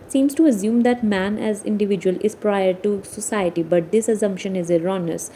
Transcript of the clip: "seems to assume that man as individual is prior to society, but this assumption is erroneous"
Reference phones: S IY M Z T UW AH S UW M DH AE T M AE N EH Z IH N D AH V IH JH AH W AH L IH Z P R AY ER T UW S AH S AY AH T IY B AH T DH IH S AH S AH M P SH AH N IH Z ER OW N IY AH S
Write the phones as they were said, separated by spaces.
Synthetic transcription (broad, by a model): S IY M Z T UW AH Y UW M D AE T M AE N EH Z IH N D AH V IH JH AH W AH L IH Z P R AY ER T UW S AH S AY AH T IY B AH T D IH S AH S AH M P SH AH N IH Z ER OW N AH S